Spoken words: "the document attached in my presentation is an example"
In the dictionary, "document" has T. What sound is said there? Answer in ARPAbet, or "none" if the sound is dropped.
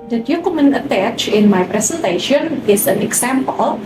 none